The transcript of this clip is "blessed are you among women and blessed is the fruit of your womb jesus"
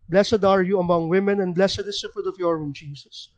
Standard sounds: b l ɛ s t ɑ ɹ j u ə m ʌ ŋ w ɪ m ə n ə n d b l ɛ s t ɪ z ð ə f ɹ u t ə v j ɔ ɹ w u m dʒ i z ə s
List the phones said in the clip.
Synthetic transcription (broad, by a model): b l ɛ s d ɑ ɹ j u ə m ʌ ŋ w ɪ m ə n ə n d b l ɛ s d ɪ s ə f u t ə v j ɔ ɹ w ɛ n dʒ i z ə s